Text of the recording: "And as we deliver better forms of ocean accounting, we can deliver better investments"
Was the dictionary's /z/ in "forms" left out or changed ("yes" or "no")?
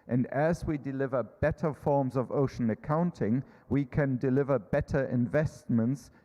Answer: no